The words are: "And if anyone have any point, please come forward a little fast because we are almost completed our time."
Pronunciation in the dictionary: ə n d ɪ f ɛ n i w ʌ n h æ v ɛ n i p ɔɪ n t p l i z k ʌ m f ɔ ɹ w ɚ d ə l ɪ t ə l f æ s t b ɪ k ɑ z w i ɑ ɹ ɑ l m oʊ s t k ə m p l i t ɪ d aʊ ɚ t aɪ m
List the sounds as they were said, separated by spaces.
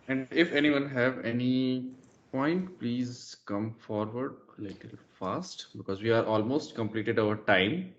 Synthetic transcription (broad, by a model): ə n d ɪ f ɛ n i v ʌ n h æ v ɛ n i p ɔɪ n t p l i z k ʌ m f ɔ ɹ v ɚ d l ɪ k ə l f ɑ s t b ɪ k ɑ z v i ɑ ɹ ɑ l m oʊ s t k ə m p l i t ɪ d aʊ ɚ t aɪ m